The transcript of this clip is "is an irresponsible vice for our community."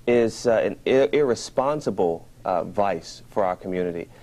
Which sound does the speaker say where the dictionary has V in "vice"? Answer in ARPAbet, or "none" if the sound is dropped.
V